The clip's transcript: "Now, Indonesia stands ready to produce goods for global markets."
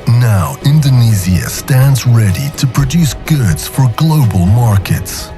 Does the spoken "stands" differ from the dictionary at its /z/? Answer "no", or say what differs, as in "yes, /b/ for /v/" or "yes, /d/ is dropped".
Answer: no